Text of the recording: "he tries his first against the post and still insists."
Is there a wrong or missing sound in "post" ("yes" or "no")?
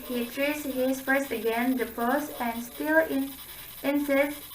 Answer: yes